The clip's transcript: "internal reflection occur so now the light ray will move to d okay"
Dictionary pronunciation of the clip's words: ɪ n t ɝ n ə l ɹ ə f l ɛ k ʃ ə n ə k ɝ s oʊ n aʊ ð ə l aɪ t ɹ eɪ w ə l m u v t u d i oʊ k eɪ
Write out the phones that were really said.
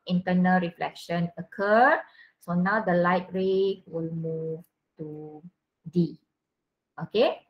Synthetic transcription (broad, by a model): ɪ n t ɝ n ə l ɹ ə f l ɛ k ʃ ə n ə k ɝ s oʊ n aʊ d ə l aɪ t ɹ eɪ w ə l m u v t u d i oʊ k eɪ